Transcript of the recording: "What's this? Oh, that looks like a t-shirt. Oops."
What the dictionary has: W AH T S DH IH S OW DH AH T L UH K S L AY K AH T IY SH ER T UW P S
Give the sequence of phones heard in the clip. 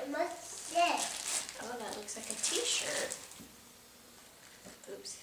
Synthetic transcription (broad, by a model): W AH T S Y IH OW DH AH T L UH K S L AY K AH T IY SH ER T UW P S